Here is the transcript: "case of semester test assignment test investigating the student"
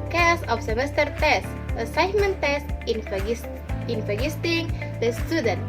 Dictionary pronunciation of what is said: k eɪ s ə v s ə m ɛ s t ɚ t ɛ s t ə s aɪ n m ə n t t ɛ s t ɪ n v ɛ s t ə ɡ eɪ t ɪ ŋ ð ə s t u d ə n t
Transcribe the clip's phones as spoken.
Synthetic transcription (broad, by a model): k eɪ s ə f s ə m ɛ s t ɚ t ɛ s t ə s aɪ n m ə n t t ɛ s t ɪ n i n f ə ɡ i t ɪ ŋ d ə s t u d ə n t